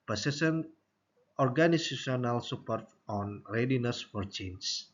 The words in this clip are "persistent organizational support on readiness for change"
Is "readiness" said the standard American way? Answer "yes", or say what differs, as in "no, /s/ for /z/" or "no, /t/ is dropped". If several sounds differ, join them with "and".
yes